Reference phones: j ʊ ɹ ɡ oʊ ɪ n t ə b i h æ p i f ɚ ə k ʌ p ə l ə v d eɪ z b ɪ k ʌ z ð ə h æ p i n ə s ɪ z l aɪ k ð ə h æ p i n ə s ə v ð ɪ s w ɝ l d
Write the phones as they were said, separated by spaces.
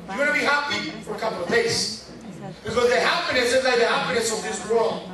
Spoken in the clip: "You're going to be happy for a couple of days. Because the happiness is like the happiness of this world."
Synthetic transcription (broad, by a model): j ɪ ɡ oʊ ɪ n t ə b i h æ p i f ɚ ə k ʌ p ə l ə v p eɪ s b ɪ k ʌ z ð ə h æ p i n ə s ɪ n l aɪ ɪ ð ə h æ p i n ə s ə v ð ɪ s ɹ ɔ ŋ